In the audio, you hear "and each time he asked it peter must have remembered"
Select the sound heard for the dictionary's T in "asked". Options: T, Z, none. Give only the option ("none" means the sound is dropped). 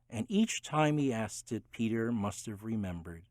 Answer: T